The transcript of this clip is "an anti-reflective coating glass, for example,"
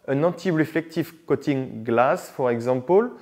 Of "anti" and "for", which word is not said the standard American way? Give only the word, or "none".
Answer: anti